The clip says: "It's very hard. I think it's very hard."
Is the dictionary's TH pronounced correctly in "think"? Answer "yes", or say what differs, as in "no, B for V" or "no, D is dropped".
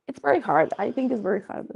yes